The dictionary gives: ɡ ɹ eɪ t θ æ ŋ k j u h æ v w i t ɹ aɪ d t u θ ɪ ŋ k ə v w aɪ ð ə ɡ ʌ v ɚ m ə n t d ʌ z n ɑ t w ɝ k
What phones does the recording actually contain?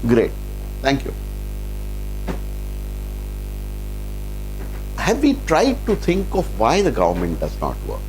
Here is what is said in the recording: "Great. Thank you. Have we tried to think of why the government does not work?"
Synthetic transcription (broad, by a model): ɡ ɹ eɪ t t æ ŋ k j u h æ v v i t ɹ aɪ d t u t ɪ ŋ k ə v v aɪ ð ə ɡ ʌ v ɚ m ə n t d ʌ z n ɑ t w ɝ k